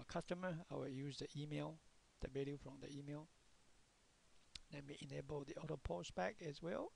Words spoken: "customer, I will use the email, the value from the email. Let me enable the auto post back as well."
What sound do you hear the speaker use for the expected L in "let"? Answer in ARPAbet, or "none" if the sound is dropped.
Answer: N